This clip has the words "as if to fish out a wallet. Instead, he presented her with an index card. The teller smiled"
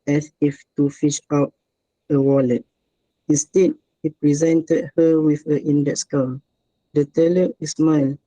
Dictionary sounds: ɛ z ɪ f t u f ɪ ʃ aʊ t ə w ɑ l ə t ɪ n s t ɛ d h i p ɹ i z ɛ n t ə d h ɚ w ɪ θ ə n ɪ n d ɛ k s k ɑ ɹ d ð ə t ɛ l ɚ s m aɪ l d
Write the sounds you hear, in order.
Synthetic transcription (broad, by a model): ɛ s ɪ f t u f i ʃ aʊ t ə w ɑ l ə t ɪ n s t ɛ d h i p ɹ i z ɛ n t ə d h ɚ w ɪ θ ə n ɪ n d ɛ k s k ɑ l d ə t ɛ l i s m aɪ l